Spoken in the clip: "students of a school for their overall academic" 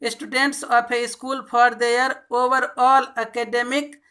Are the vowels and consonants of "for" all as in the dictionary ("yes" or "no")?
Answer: no